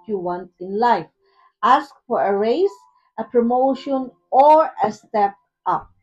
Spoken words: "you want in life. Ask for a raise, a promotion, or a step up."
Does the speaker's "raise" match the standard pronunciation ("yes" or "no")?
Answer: no